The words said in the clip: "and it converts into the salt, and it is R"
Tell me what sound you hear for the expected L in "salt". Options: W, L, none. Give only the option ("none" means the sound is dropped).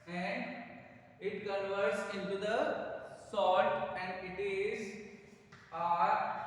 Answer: none